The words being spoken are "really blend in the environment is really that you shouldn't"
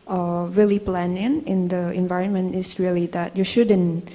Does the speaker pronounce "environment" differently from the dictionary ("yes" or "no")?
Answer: no